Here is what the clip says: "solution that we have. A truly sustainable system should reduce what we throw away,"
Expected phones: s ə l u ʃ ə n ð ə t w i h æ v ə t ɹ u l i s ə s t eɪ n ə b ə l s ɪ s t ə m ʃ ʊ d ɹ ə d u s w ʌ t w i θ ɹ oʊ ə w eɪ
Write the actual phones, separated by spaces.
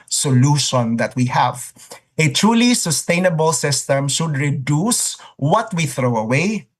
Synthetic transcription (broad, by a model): s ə l u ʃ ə n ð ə t w i h æ v ə t ɹ u l i s ə s t eɪ n ə b ə l s ɪ s t ə m ʃ ʊ d ɹ ə d u s w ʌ t w i θ ɹ oʊ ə w eɪ